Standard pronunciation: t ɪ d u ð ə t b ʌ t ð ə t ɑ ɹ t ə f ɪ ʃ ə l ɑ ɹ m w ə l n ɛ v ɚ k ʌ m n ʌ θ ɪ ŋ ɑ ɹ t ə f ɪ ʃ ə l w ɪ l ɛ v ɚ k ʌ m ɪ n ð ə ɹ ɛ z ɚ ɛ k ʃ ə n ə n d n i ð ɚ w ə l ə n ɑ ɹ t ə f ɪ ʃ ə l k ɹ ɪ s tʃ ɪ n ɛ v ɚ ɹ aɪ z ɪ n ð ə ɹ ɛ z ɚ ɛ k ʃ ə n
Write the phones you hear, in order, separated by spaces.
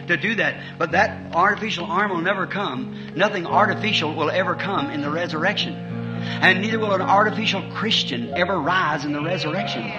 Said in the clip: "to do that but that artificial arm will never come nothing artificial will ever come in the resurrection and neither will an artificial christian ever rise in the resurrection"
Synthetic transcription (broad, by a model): t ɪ d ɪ ð ə t b ʌ t ð ə t ɑ ɹ t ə f ɪ ʃ l ɑ ɹ m w ə l n ɛ v ɚ k ʌ m n ʌ θ ɪ ŋ ɑ ɹ t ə f ɪ ʃ l w ɪ l ɛ v ɚ k ʌ m ɪ n ð ə ɹ ɛ z ɚ ɛ k ʃ ə n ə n n i ð ɚ w ə l ə n ɑ ɹ t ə f ɪ ʃ l k ɹ ɪ s tʃ ɪ n ɛ v ɚ ɹ aɪ z ɪ n ð ə ɹ ɛ z ɚ ɛ k ʃ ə n